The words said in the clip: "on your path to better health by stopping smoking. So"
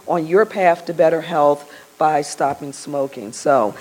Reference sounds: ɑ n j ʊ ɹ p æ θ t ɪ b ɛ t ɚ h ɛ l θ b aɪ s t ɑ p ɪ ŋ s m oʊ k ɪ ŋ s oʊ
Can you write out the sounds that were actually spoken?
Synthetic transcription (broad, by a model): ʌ n j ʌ ɹ p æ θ t ɪ b ɛ t ɚ h ɛ l θ b aɪ s t ɑ p ɪ ŋ s m oʊ k ɪ ŋ s oʊ